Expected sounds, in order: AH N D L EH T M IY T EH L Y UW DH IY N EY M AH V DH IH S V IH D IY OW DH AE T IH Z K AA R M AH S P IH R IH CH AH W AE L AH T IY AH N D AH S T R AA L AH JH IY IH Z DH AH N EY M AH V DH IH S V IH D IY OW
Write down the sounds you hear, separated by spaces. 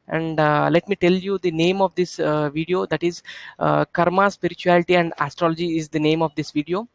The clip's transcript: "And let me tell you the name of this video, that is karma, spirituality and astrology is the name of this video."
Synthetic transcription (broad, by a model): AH N D L EH T M IY T EH L Y UW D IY N EY M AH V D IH S V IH D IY OW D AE T IH Z K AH R M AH S P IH R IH CH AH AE L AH T IY AH N D AH S T R AA L AH JH IY IH Z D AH N EY M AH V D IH S V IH D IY OW